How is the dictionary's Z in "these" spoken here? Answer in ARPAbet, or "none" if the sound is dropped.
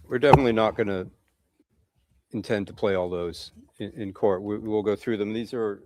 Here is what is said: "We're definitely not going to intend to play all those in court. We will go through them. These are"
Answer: Z